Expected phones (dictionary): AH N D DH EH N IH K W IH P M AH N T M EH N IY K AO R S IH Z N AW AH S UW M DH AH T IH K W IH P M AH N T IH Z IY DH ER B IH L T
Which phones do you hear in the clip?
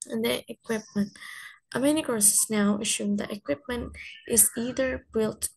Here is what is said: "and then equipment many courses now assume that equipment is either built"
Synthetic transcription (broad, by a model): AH N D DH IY IH K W IH P M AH N T M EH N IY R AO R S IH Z N AW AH SH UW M DH AH T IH K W IH P M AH N T IH Z IY DH ER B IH L T